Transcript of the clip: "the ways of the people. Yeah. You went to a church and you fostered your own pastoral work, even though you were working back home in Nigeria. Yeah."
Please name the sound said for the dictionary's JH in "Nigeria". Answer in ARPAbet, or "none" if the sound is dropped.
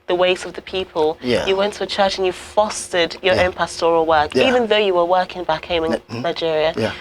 JH